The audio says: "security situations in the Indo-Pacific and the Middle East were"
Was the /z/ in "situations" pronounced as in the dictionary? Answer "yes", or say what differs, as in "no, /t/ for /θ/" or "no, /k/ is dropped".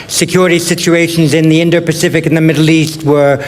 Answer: yes